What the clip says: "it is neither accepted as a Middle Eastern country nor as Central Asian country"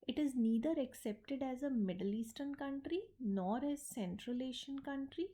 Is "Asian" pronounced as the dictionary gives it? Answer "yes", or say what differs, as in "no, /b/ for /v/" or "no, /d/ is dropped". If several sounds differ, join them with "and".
no, /ʃ/ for /ʒ/